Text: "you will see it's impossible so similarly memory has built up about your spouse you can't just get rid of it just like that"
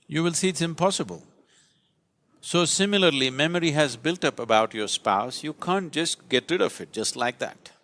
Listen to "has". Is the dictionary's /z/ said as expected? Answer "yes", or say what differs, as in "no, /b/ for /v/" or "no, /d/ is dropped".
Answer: yes